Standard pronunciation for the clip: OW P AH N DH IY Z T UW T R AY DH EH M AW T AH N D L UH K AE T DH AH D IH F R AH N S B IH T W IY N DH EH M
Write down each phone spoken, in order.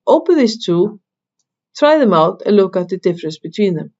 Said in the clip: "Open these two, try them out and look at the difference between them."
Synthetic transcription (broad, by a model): OW P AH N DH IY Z T UW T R AY DH EH M AW T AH N L UH K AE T DH AH D IH F R AH N S B IH T W IY N DH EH M